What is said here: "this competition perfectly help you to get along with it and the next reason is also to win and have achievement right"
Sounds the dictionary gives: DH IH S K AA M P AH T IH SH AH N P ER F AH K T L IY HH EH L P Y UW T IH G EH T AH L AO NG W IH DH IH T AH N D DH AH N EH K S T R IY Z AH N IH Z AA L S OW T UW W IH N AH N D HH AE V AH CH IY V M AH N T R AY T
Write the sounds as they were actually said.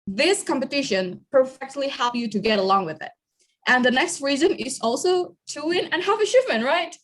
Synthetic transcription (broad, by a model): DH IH S K AA M P AH T IH SH AH N P ER F AH K T L IY HH EH L P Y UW T IH G EH T AH L AO NG W IH DH IH T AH N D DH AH N EH K S T R IY Z AH N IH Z AA L S OW T UW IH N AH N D HH AE V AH SH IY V M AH N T R AY T